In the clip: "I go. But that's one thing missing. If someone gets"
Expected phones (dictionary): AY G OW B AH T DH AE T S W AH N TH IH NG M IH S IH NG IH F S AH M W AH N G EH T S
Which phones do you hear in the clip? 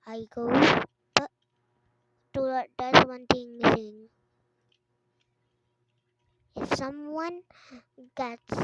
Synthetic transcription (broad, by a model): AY G OW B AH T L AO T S W AH N T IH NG M IH S IH NG IH F S AH M W AH N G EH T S